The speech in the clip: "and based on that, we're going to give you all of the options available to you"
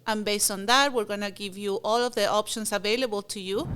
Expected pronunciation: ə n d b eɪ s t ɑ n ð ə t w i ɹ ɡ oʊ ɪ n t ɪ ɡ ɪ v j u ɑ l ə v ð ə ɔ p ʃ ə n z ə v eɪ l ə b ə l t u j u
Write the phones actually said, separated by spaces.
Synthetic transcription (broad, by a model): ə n b eɪ s t ɑ n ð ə t w i ɹ ɡ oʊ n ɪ ɡ ɪ v j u ɑ l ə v ð ə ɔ p ʃ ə n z ə v eɪ l ə b ə l t u j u